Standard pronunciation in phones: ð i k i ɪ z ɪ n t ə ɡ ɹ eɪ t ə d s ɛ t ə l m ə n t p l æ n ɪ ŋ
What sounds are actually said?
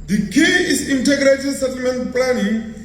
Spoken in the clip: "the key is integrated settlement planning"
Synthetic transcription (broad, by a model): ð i k i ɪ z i n t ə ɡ ɹ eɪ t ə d s ɛ t ə l m ə n t p l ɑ n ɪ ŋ